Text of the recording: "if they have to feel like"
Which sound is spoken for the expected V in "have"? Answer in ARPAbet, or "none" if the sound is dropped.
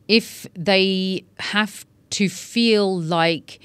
F